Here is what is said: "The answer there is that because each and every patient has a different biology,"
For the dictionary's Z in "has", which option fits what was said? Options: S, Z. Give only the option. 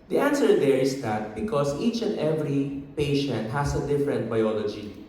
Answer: S